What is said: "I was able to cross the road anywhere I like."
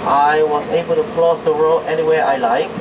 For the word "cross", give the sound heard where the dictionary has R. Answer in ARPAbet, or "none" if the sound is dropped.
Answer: L